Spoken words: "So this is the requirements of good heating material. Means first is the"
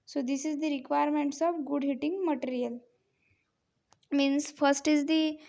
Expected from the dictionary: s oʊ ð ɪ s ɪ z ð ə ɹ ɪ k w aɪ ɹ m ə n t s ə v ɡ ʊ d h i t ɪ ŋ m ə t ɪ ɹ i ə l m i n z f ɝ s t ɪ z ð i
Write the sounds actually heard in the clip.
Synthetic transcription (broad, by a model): s oʊ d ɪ s ɪ z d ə ɹ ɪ k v aɪ ɹ m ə n t s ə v ɡ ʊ d h i t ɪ ŋ m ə t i ɹ i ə l m i n s f ɝ s t ɪ z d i